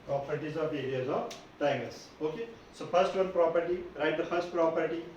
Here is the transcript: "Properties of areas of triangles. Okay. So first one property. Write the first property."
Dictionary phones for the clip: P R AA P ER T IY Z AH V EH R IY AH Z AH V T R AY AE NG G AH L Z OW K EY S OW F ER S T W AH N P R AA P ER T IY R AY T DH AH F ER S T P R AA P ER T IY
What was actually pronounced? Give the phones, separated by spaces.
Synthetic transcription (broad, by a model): P R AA P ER T IY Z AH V EH R IY AH Z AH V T AY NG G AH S OW K EY S OW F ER S T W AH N P R AA P ER T IY R AY T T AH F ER S T P R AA P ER T IY